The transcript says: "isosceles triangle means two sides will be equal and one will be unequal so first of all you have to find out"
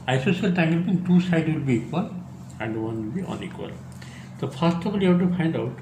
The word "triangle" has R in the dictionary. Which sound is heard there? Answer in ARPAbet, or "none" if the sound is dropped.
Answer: none